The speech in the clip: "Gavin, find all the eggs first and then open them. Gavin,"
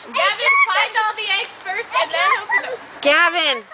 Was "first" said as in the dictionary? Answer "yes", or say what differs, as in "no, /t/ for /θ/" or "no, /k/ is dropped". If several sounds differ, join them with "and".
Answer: no, /t/ is dropped